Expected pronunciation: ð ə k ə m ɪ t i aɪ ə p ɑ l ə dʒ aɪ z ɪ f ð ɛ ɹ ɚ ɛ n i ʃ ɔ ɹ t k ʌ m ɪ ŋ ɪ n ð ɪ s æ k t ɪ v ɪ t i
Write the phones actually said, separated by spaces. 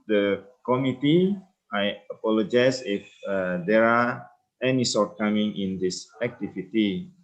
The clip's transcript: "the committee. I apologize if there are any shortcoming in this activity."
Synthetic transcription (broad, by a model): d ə k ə m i t i aɪ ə p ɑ l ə dʒ aɪ s ɪ f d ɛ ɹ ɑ ɛ n i s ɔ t k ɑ m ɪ ŋ ɪ n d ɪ s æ k t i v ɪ t i